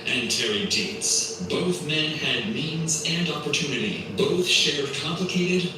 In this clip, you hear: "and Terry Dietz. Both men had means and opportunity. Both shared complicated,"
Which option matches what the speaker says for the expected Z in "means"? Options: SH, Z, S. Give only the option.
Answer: Z